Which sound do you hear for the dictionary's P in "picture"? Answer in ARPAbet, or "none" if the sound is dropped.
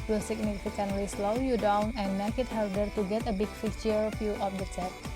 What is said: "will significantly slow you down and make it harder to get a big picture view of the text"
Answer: F